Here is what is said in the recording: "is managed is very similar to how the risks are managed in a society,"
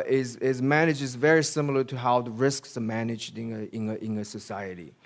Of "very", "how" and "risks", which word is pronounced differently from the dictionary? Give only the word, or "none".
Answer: none